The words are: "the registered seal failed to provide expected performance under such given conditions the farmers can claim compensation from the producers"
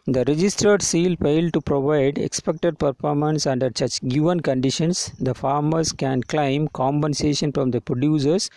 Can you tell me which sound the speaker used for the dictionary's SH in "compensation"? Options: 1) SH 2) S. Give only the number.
1